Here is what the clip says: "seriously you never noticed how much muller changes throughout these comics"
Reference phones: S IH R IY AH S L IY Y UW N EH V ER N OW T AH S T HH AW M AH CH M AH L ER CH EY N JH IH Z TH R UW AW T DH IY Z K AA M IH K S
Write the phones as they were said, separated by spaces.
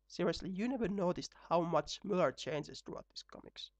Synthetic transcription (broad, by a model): S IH R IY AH S L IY Y UW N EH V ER N OW T AH S T HH AW M AH CH M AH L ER CH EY N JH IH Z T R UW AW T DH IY S K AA M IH K S